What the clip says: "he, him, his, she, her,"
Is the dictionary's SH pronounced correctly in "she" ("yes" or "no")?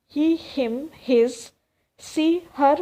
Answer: no